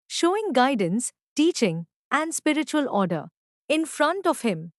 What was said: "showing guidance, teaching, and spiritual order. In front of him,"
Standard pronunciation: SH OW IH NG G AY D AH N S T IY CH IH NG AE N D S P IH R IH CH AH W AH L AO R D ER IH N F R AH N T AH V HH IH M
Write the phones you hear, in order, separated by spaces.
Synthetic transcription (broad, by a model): SH OW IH NG G AY D AH N S T IY CH IH NG AE N D S P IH R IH CH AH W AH L AO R D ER IH N F R AH N T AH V HH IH M